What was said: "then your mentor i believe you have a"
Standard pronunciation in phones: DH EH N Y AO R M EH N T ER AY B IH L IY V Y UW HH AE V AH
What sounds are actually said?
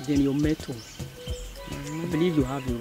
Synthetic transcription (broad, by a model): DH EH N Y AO M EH T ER AY B IH L IY V Y UW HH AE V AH